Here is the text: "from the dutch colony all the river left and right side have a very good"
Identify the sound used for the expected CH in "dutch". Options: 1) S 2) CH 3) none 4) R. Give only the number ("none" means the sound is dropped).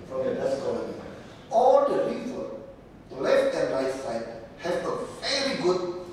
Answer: 1